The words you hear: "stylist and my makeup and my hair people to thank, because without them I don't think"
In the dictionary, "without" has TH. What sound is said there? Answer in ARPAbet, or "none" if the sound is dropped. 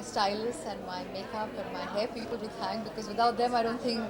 T